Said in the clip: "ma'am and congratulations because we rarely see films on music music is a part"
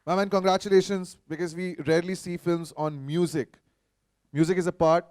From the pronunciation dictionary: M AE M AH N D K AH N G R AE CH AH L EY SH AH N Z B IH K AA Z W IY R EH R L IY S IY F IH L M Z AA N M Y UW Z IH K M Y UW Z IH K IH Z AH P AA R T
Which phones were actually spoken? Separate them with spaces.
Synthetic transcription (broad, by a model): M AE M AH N K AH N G R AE CH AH L EY SH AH N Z B IH K AA Z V IY R EH R L IY S IY F IH L M Z AA N M Y UW Z IH K M Y UW Z IH K IH Z AH P AA R T